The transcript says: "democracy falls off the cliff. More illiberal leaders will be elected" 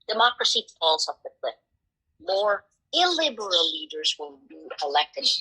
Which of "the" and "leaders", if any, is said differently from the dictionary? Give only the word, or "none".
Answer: none